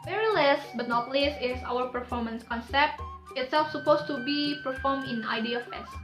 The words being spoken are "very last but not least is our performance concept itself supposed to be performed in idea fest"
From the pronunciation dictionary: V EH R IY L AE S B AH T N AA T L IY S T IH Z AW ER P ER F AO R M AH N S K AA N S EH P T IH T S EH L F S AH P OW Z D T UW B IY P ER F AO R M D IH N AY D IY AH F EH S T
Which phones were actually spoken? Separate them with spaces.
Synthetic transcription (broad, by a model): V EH R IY L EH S B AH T N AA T L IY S IH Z AW ER P ER F AO R M AH N S K AA N S EH P T IH T S EH L F S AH P OW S T UW B IY P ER F AO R M IH N AY D IY AH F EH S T